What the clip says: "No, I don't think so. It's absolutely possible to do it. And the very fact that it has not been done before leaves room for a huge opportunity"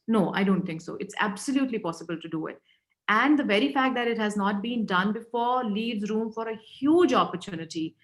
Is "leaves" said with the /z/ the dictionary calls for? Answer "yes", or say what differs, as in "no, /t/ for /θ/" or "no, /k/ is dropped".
yes